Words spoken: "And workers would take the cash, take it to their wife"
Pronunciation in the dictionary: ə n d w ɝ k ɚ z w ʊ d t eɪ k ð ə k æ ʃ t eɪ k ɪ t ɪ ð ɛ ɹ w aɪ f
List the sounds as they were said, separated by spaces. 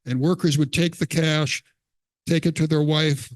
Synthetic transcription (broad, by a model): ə n w ɝ k ɚ z w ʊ d t eɪ k ð ə k æ ʃ t eɪ k ɪ t ɪ ð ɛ ɹ w aɪ f